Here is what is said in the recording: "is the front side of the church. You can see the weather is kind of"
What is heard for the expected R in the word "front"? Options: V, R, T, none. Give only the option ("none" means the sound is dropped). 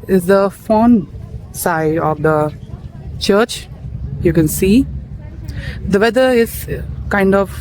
none